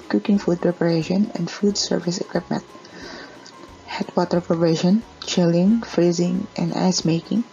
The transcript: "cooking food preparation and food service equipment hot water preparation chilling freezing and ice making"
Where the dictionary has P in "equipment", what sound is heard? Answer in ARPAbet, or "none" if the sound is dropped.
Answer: P